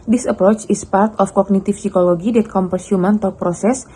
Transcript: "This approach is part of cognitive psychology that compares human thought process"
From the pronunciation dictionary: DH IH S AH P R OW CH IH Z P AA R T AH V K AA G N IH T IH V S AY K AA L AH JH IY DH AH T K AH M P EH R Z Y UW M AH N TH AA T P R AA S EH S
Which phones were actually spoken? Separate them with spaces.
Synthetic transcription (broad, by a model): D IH S AH P R OW CH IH S P AA R T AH F K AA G N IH T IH F S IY K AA L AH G IY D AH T K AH M P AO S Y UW M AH N T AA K P R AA S EH S